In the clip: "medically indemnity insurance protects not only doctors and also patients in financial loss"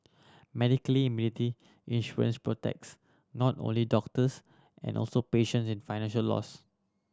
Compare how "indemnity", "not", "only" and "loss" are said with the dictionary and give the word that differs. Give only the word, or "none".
indemnity